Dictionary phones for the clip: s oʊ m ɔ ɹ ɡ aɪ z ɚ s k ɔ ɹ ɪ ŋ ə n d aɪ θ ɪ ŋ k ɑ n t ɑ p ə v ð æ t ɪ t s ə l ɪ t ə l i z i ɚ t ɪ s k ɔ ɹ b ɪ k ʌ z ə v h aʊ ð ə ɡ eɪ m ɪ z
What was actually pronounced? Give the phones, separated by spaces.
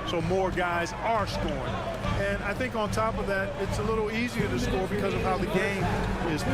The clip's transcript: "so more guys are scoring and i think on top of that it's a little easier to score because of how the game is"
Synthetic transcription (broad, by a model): s oʊ m ɔ ɹ ɡ aɪ z ɚ s k ɔ ɹ ɪ ŋ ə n aɪ θ ɪ ŋ k n t ɑ p ə v ð æ t ɪ t s ə l ɪ t l i z i ɚ t ɪ s k ɔ ɹ b ɪ k ʌ z ə v h aʊ ð ə ɡ eɪ m ɪ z